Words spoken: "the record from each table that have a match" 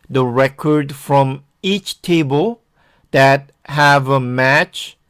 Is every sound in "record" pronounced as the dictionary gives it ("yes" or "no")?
yes